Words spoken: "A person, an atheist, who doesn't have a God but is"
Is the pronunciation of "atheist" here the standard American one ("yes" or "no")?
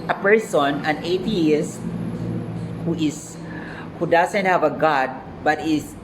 no